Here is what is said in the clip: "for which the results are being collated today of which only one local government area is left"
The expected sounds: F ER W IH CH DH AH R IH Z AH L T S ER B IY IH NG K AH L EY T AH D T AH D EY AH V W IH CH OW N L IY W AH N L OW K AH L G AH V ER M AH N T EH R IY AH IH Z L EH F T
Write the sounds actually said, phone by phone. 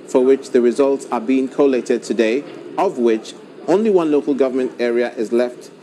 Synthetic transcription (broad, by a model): F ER W IH CH DH AH R IH Z AH L T S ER B IY IH NG K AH L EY T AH D T AH D EY AH V W IH CH OW N L IY W AH N L OW K AH L G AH V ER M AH N T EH R IY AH IH Z L EH F T